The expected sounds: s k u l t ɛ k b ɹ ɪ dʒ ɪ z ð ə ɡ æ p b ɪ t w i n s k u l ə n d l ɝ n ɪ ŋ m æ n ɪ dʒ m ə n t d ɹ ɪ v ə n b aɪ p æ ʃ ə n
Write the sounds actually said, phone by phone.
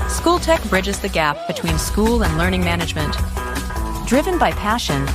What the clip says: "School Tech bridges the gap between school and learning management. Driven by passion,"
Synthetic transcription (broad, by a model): s k u l t ɛ k b ɹ ɪ dʒ ɪ z ð ə ɡ æ p b ɪ t w i n s k u l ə n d l ɝ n ɪ ŋ m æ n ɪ dʒ m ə n t d ɹ ɪ v ə n b aɪ p æ ʃ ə n